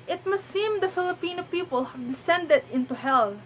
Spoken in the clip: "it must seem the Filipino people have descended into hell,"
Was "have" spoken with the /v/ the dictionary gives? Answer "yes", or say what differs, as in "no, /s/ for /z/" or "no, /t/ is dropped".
yes